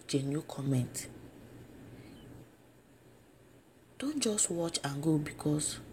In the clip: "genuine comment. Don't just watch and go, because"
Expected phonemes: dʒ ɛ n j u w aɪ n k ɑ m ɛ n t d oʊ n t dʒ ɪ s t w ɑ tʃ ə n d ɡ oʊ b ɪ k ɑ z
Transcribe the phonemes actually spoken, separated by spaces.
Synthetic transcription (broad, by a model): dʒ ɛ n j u k ɑ m ɛ n t d oʊ n t dʒ ɪ s t w ɑ tʃ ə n ɡ oʊ b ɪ k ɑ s